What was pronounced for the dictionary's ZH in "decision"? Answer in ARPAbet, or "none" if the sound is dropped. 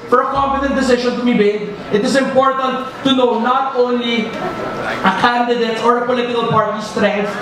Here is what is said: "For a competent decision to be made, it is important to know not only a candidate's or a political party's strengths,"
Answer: SH